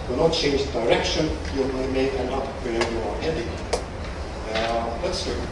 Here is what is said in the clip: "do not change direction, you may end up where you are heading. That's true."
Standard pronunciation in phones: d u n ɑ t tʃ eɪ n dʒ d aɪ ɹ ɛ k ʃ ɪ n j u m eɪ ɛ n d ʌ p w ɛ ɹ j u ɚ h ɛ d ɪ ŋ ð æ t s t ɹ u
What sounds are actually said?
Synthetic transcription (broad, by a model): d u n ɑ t tʃ eɪ n dʒ d aɪ ɹ ɛ k ʃ ɪ n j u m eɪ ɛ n ʌ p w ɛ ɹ j u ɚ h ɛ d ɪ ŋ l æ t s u